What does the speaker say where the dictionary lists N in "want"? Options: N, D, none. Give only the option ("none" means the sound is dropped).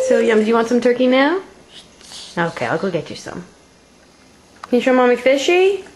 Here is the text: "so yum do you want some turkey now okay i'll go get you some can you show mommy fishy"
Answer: N